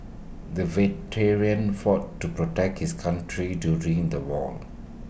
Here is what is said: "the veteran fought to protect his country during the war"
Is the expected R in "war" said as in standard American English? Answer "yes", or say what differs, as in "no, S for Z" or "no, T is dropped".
no, L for R